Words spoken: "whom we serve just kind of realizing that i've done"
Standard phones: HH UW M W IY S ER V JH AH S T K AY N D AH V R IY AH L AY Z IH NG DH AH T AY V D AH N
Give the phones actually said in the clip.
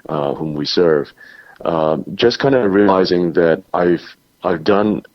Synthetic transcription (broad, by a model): HH UW M W IY S ER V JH AH S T K AY N D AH R IY AH L AY Z IH NG DH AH T AY V D AH N